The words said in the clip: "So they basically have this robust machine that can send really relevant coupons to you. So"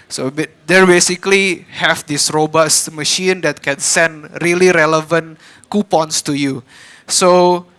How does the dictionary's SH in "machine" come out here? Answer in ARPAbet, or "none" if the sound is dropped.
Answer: SH